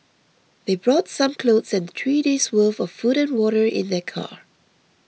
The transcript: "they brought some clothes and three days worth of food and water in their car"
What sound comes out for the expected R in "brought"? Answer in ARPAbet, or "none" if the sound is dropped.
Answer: R